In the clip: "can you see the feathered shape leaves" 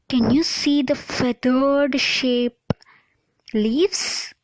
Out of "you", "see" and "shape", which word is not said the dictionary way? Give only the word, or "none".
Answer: none